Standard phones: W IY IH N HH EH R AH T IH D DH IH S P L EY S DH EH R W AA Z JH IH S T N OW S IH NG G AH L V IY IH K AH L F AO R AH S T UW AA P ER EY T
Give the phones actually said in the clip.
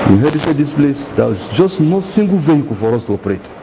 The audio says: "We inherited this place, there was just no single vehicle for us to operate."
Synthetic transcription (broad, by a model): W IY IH HH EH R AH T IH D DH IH S P L EY S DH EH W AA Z JH IH S T N OW S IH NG G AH L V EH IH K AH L F AO R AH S T UW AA P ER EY T